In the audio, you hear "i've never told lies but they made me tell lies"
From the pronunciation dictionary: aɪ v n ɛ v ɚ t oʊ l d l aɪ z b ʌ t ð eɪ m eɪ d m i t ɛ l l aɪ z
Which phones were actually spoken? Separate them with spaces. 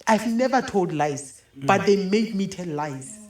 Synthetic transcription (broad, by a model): aɪ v n ɛ v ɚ t oʊ l d l aɪ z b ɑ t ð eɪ m eɪ d m i t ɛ n l aɪ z